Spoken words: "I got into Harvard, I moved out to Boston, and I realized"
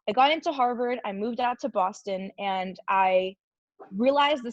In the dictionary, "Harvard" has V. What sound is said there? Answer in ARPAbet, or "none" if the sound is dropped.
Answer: V